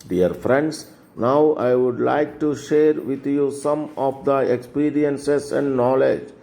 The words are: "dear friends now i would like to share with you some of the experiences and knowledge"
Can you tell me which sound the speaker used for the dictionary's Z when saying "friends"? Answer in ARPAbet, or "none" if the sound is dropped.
S